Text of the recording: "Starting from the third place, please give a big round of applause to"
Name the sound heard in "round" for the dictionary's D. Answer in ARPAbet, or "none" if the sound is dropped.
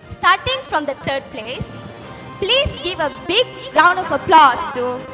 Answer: D